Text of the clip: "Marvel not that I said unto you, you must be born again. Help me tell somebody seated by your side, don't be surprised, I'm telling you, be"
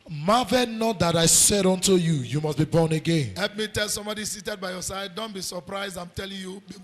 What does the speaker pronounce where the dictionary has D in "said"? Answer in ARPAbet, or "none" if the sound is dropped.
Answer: D